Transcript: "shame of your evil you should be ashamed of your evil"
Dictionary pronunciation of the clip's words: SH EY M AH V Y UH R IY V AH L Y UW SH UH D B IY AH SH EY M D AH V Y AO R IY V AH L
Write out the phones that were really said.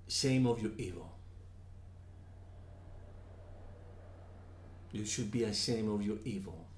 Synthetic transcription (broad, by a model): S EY M AH V Y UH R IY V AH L Y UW SH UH D B IY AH S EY M AH V Y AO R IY V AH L